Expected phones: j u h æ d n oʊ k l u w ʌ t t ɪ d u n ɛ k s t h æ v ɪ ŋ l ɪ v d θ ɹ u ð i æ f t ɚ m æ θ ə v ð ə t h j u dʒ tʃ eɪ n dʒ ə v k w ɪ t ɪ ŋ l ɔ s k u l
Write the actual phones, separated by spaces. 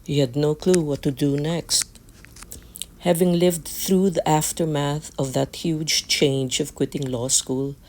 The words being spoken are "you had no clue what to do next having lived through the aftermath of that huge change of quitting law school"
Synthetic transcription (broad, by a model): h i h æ d n oʊ k l u w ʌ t t ɪ d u n ɛ k s t h æ v ɪ ŋ l ɪ v d θ ɹ u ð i æ f t ɚ m æ θ ə v ð ə t h j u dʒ tʃ eɪ n dʒ ə v k w ɪ t ɪ ŋ l ɔ s k u l